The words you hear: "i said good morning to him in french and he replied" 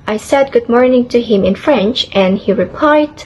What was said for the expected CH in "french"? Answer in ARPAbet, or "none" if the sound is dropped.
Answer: CH